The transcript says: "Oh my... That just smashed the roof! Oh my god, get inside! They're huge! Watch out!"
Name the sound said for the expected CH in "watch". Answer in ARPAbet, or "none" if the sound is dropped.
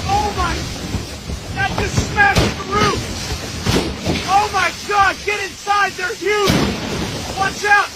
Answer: S